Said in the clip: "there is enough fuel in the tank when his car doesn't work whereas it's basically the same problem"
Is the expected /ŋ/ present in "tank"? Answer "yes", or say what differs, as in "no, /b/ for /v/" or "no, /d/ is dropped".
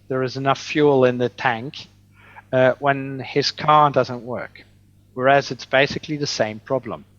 yes